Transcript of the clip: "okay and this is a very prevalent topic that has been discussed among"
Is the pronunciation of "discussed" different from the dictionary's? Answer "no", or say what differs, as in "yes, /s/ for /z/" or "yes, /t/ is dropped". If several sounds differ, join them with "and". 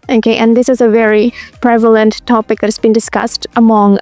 no